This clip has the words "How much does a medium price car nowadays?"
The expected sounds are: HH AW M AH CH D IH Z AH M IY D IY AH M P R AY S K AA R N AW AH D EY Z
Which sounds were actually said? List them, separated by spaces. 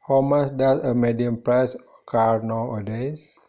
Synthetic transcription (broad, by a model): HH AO M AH S D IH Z AH M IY D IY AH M P R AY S K AA R N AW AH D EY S